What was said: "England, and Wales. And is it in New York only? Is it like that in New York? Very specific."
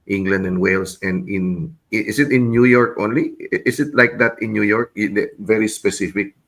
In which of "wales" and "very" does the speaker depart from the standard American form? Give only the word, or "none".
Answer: wales